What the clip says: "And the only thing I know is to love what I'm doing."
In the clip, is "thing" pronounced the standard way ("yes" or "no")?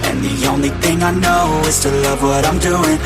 yes